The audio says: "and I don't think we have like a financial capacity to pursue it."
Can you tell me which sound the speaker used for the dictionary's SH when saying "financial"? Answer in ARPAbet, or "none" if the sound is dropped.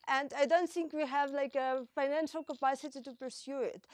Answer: SH